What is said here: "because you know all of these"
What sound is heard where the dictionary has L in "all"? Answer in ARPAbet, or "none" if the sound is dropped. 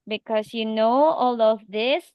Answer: L